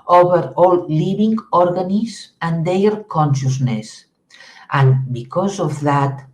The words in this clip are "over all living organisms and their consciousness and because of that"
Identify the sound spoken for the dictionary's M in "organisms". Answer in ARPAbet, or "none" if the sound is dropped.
none